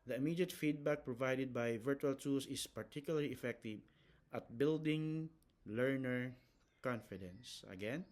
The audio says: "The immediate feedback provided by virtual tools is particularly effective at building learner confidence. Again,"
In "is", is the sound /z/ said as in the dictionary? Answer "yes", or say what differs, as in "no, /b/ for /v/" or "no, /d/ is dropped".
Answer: no, /s/ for /z/